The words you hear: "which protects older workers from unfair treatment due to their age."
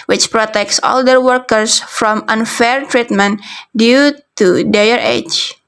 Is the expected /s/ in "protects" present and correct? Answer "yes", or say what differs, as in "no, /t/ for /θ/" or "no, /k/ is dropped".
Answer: yes